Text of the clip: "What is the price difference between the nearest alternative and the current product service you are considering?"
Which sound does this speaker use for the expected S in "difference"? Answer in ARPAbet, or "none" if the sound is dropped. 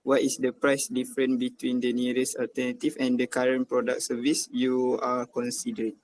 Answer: none